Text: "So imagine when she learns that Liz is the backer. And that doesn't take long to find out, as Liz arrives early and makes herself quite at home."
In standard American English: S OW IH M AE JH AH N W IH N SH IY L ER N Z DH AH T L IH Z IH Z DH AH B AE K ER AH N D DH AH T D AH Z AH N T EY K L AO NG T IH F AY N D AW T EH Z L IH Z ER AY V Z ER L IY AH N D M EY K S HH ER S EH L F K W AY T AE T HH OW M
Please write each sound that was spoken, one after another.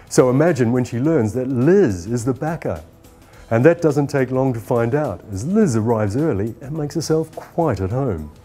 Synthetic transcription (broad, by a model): S OW IH M AE JH AH N W IH N SH IY L ER N Z DH AH T L IH Z IH Z DH AH B AE K ER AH N DH AH T D AH Z AH N T EY K L AO NG T IH F AY N D AW T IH Z L IH Z ER AY V Z ER L IY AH N M EY K S HH ER S EH L F K W AY T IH T HH OW M